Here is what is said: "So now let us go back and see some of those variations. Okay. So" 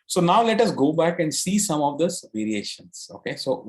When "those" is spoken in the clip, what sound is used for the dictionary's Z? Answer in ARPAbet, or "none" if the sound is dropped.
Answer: none